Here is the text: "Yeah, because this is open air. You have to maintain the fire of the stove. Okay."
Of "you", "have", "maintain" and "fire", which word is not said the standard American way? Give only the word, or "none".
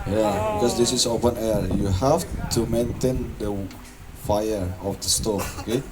have